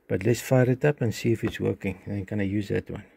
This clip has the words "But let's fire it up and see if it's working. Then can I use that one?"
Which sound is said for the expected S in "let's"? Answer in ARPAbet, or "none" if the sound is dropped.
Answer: S